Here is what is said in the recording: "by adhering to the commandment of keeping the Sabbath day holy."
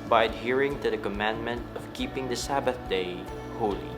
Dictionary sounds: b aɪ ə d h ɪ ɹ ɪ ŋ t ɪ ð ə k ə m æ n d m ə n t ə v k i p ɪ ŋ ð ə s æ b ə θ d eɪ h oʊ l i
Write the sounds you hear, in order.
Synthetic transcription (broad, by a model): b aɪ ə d h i ɹ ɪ ŋ t ɪ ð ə k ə m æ n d m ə n t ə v k i p ɪ ŋ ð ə s æ b ə θ d eɪ h oʊ l i